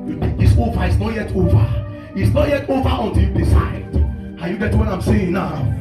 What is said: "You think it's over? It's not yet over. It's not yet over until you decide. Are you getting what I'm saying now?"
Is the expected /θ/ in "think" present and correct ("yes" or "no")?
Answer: no